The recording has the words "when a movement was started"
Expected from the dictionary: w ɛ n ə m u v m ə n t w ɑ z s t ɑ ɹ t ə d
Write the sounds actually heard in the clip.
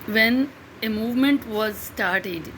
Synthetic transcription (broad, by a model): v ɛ n ə m u v m ə n t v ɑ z s t ɑ ɹ t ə d